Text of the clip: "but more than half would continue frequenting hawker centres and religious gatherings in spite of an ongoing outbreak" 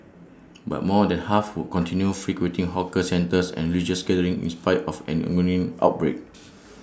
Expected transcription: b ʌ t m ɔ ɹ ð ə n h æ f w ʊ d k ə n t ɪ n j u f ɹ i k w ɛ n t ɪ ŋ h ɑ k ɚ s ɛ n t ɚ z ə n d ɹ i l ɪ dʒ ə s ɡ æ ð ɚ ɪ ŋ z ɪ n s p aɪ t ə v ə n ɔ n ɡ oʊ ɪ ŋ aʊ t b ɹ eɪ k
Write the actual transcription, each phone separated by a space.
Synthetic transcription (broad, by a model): b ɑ t m ɔ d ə n h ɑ f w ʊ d k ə n t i n j u f ɹ i k w ɛ n t ɪ ŋ h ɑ k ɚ s ɛ n t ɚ s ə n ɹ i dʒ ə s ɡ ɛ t ɚ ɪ ŋ ɪ n s p aɪ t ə f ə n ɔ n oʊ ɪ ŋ aʊ t b ɹ eɪ k